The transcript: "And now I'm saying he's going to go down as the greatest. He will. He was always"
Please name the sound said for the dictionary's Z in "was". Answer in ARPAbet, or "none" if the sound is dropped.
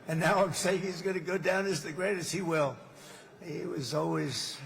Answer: Z